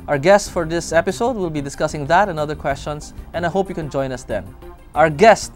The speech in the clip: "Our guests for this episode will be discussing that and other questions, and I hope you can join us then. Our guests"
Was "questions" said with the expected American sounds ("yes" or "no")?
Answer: no